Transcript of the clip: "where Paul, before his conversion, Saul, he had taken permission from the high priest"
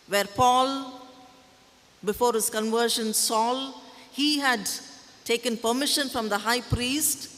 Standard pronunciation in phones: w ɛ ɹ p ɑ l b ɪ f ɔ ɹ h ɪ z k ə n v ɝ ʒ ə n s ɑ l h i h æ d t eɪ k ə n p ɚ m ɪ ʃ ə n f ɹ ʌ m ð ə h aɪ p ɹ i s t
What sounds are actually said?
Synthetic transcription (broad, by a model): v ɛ ɹ p ɑ l b ɪ f ɔ ɹ h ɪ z k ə n v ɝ ʃ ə n s ɑ l h i h æ d t eɪ k ə n p ɚ m ɪ ʃ ə n f ɹ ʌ m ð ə h aɪ p ɹ i s t